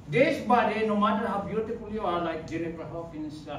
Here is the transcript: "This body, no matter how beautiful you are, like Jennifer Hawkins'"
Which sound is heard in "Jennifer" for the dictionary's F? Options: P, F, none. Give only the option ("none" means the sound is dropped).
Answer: P